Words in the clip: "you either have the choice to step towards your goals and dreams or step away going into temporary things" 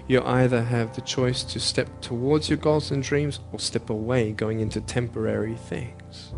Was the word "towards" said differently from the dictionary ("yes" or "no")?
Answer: no